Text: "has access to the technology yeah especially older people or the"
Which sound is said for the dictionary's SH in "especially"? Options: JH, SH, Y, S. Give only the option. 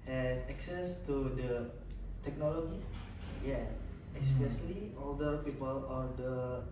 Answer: S